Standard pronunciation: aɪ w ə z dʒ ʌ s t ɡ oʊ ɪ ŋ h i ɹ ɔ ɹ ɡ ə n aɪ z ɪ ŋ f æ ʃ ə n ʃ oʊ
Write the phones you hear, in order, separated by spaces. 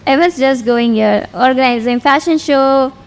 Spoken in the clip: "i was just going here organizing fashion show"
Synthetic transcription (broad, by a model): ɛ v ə s dʒ ʌ s t ɡ oʊ ɪ ŋ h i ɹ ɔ ɹ ɡ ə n aɪ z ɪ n f æ ʃ ə n ʃ oʊ